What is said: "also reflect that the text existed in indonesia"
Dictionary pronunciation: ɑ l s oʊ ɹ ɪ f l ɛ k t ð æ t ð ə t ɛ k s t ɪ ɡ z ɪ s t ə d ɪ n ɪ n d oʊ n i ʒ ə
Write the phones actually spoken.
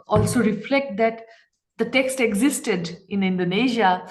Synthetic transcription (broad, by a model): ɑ l s oʊ ɹ ɪ f l ɛ k t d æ t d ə t ɛ k s t ɪ ɡ z ɪ s t ə d ɪ n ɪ n d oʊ n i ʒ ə